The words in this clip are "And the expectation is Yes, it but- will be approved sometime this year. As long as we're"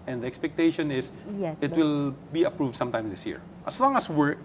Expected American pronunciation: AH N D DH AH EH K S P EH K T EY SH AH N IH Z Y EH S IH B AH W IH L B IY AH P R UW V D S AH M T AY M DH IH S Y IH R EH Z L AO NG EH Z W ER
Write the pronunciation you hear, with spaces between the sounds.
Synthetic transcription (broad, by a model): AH N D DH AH EH K S P EH K T EY SH AH N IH S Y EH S IH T W IH L B IY AH P R UW V D S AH M T AY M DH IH S Y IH R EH S L AO NG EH S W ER